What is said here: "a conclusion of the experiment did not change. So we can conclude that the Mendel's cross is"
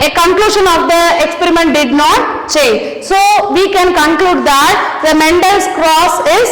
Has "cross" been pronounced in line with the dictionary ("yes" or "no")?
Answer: yes